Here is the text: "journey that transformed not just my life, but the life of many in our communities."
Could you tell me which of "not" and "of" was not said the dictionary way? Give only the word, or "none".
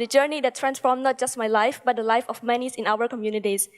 of